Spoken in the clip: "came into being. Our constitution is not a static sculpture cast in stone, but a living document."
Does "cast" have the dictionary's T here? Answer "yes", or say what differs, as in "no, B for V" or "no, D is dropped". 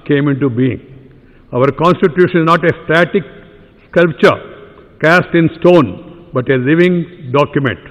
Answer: yes